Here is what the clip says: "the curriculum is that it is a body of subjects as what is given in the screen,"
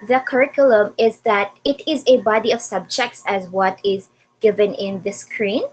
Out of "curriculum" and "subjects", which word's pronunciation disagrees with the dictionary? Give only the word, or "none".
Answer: none